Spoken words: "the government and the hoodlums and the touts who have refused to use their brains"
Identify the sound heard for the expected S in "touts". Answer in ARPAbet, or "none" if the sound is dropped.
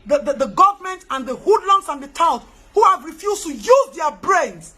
none